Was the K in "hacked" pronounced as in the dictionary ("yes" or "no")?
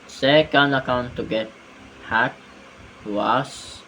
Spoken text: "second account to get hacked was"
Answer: no